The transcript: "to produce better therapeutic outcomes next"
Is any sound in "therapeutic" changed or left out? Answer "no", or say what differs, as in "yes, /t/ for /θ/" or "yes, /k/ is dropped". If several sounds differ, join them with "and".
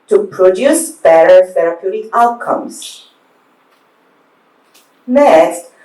yes, /f/ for /θ/ and /k/ is dropped